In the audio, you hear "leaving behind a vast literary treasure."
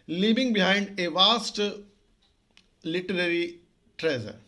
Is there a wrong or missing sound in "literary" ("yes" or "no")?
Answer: no